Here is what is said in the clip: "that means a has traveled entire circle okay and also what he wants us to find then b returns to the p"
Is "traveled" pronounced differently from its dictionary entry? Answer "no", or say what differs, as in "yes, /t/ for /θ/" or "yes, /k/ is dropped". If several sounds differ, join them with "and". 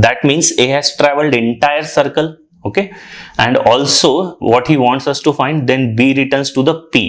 no